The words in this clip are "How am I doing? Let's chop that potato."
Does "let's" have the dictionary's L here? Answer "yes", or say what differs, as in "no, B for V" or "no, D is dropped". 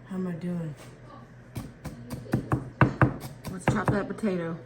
no, W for L